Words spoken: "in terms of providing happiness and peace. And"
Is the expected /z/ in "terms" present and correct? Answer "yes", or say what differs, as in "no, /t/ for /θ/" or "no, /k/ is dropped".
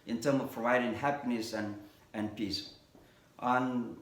no, /z/ is dropped